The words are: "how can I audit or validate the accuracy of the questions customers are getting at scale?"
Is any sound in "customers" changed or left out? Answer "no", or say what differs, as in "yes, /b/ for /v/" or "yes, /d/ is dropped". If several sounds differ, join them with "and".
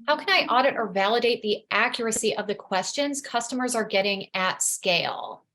no